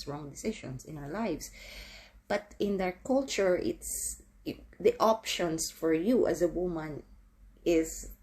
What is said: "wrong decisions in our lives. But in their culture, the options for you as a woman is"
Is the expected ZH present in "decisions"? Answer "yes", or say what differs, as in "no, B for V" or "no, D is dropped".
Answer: no, SH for ZH